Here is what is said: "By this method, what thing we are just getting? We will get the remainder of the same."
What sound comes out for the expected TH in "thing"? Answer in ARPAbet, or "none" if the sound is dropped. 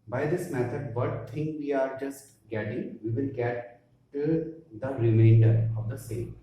T